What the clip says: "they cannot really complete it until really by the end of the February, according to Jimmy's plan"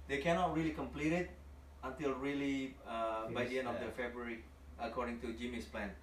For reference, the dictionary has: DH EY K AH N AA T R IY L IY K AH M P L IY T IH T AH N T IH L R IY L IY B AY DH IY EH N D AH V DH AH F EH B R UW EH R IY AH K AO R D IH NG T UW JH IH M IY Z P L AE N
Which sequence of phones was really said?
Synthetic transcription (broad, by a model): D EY K AH N AA T R IY L IY K AH M P L IY T IH T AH N T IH L R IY L IY B AY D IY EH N AH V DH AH F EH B R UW R IY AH K AO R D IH NG T UW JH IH M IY S P L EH N